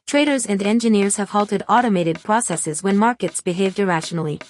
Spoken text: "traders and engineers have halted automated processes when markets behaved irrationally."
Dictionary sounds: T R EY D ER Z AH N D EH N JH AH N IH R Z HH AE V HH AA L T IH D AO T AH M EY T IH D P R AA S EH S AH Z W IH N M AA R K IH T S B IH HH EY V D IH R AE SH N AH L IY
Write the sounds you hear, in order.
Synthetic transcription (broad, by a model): T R EY D ER Z AH N D EH N JH AH N IH R Z HH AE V HH AA L T IH D AO T AH M EY T IH D P R AA S EH S AH Z W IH N M AA R K IH T S B IH HH EY V D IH R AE SH N L IY